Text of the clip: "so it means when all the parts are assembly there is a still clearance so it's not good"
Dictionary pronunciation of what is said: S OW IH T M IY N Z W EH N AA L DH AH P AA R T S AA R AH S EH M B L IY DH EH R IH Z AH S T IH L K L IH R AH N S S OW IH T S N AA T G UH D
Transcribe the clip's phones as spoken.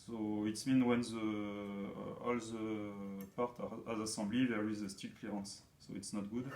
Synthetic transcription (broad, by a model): S OW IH T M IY N W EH N AA L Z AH P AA R T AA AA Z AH S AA B L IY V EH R IH Z AH S T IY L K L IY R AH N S S OW IH T S N AA T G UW D